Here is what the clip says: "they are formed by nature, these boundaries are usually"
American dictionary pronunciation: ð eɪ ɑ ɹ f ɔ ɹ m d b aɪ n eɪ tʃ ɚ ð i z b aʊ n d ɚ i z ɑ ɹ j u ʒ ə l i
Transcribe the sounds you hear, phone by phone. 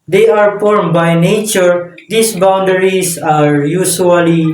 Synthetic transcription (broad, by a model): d eɪ ɑ ɹ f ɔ ɹ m b aɪ n eɪ tʃ ɚ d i s b aʊ n d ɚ i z ɑ ɹ j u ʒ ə l i